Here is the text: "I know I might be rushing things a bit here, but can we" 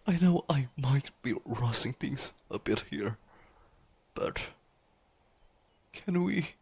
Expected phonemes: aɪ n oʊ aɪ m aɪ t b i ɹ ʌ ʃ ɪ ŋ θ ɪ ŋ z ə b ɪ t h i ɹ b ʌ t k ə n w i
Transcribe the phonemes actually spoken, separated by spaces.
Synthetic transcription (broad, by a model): aɪ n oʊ aɪ m aɪ t b i ɹ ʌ s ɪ ŋ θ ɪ ŋ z ə b ɪ t h i ɹ b ʌ t k ə n w i